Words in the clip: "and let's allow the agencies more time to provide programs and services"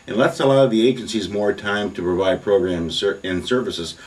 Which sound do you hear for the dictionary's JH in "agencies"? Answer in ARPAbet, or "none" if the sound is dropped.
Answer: JH